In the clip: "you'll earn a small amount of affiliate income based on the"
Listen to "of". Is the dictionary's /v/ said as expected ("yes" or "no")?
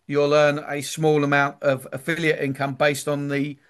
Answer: yes